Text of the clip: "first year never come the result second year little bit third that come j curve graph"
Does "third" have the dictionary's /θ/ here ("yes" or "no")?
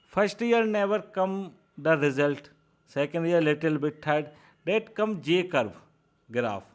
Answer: no